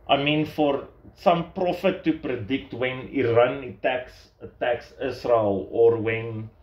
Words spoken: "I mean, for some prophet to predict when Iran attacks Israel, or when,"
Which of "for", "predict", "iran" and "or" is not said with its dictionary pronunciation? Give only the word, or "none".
none